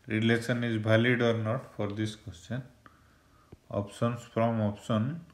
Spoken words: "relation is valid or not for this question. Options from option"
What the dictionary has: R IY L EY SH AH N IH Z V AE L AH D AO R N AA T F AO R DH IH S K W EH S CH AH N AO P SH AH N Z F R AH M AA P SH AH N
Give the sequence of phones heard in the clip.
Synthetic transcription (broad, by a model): R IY L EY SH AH N IH Z B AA L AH D AO R N AA T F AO R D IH S K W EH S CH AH N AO P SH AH N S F R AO M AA P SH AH N